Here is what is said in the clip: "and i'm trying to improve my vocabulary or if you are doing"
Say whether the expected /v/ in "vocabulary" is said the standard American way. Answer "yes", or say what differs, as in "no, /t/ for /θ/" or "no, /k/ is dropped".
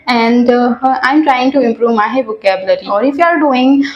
no, /b/ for /v/